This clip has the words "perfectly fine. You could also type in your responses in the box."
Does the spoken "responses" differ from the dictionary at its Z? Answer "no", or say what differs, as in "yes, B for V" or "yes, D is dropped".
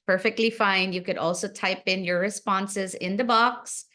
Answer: no